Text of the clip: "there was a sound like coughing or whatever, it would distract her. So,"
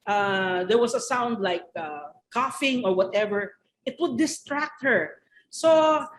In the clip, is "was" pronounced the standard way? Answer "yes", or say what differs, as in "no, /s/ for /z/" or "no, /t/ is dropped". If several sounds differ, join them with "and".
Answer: no, /s/ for /z/